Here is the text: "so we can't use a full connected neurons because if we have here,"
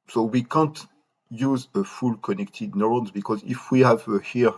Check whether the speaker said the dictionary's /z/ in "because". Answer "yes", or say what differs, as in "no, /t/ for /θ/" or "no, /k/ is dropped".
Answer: yes